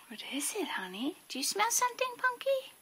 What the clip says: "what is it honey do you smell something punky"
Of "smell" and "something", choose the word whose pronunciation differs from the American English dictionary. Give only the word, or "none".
something